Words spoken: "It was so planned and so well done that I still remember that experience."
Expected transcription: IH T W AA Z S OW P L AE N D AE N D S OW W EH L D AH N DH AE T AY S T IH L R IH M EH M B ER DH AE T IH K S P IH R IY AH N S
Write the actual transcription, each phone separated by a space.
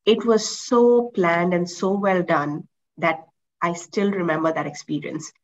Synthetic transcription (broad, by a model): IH T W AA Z S OW P L AE N D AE N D S OW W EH L D AH N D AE T AY S T IH L R IH M EH M B ER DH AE T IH K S P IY R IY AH N S